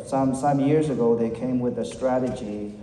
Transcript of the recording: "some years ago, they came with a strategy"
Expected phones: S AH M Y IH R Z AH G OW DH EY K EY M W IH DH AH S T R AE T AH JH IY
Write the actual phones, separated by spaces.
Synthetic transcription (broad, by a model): S AH M Y IH R Z AH G OW DH EY K EY M W IH DH AH S T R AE T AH JH IY